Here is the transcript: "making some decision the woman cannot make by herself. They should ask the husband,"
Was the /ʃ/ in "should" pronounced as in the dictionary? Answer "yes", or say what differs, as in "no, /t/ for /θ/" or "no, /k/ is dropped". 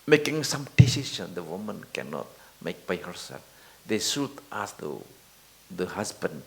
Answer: no, /s/ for /ʃ/